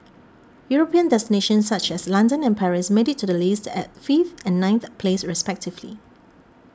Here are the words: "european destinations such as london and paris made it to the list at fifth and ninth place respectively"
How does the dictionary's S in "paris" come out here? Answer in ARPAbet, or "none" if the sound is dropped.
S